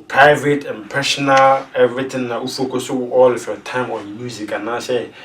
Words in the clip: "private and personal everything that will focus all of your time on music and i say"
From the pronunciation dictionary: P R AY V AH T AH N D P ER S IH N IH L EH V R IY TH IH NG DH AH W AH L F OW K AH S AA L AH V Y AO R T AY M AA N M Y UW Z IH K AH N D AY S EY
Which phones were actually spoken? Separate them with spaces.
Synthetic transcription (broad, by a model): P R AY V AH T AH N P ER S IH N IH L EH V R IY T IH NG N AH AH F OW K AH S AA L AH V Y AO T AY M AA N M Y UW Z IH K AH N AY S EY